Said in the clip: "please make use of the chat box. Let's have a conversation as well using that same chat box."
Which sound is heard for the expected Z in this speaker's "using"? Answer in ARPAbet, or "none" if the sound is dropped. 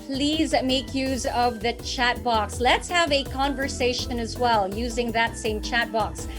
Z